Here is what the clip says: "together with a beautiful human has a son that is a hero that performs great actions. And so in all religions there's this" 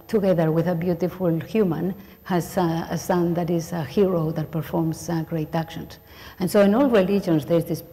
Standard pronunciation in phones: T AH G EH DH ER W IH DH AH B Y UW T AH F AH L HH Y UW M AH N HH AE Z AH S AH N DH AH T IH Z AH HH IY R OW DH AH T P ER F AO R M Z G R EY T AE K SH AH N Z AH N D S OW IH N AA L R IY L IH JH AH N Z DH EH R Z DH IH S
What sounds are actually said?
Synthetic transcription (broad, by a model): T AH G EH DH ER W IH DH AH B Y UW T AH F AH L HH Y UW M AH N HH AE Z AH S AH N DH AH T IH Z AH HH IY R OW DH AH T P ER F AO R M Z G R EY T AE K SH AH N S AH N S OW IH N AA L R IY L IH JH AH N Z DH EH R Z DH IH S